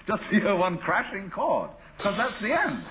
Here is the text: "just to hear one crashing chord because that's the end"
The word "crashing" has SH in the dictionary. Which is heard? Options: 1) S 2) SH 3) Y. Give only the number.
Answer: 2